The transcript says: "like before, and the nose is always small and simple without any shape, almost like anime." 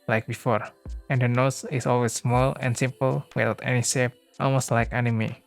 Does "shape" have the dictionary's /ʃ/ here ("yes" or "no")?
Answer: no